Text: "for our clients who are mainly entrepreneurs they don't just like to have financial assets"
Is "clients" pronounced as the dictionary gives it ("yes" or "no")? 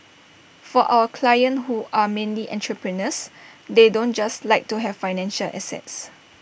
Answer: no